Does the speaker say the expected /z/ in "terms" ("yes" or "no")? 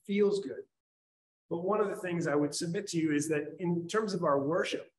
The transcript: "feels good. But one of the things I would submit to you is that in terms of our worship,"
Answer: yes